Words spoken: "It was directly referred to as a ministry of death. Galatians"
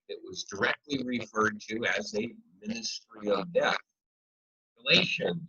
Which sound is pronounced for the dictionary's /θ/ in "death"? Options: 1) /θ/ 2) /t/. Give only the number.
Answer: 1